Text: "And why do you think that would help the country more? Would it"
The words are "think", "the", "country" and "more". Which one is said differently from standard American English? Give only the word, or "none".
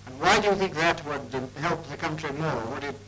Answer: none